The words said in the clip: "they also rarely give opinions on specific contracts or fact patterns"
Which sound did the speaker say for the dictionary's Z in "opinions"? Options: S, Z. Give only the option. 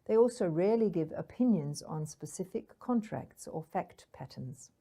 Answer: Z